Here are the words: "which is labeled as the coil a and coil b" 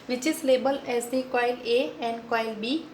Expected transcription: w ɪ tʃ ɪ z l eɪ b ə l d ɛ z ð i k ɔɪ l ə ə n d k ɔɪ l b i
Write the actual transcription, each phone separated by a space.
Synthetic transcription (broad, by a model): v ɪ tʃ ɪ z l eɪ b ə l ɛ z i k ɔɪ l ə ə n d k ɔɪ l b i